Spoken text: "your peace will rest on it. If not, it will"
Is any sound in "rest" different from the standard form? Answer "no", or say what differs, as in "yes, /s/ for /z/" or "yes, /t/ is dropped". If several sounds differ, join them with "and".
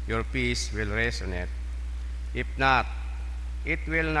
yes, /t/ is dropped